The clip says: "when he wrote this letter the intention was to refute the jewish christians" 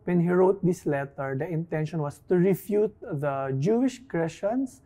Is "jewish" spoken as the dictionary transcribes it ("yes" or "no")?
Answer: yes